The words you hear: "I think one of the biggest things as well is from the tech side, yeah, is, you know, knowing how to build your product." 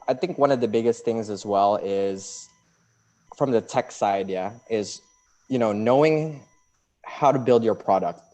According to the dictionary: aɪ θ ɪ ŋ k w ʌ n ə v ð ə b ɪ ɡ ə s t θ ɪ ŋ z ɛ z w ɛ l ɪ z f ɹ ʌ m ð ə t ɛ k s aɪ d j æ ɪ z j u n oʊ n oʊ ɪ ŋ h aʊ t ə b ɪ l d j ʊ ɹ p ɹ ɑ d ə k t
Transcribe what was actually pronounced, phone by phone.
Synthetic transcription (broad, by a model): aɪ θ ɪ ŋ k w ʌ n ə v ð ə b ɪ ɡ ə s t θ ɪ ŋ z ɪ z w ɛ l ɪ z f ɹ ʌ m ð ə t ɛ k s aɪ d j æ ɪ z j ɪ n oʊ n oʊ ɪ ŋ h aʊ t ə b ɪ l d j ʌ ɹ p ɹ ɑ d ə k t